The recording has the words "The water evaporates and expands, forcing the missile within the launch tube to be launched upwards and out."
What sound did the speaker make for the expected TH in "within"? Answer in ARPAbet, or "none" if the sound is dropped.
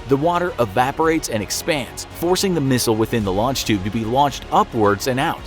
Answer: TH